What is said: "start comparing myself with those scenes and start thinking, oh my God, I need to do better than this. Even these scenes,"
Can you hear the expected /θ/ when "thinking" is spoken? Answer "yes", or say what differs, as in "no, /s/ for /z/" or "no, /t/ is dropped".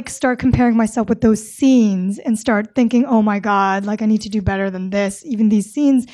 yes